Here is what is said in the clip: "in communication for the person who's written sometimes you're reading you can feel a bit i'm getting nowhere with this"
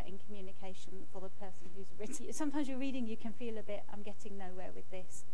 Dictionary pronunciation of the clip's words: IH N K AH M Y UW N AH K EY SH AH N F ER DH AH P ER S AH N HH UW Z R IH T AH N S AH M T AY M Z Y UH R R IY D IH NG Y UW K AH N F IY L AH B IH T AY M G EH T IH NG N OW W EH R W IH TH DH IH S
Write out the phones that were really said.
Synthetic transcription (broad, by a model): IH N K AH M Y UW N AH K EY SH AH N F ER DH AH P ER S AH N HH UW Z R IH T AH S AH M T AY M Z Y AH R R IY D IH NG Y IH K AH N F IY L AH B IH T AY M G EH T IH NG N OW W EH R W IH DH IH S